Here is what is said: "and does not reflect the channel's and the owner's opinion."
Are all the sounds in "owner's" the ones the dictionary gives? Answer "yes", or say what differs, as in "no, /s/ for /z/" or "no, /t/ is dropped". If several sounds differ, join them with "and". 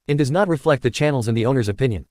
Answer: yes